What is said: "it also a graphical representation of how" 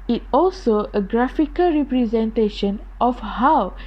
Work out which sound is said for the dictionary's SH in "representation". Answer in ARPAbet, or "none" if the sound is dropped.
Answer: SH